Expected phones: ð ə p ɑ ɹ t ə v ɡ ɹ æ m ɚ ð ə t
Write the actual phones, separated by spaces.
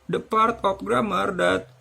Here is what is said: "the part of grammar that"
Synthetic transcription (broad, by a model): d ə p ɑ ɹ t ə p ɡ ɹ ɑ m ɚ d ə t